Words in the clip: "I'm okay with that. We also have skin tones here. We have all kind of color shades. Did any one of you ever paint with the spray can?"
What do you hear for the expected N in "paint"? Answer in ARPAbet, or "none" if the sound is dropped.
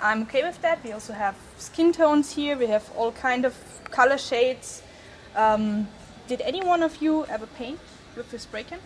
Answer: N